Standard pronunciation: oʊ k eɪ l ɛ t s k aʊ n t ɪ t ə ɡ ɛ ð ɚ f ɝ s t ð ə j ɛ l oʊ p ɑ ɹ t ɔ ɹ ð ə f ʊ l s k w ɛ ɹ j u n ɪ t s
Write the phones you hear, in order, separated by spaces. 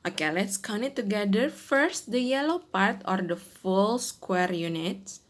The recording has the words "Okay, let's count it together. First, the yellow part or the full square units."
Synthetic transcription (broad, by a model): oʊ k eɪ l ɛ t s k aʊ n ɪ t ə ɡ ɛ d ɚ f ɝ s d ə j ɛ l oʊ p ɑ ɹ t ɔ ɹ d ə f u l s k w ɛ ɹ j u n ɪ t s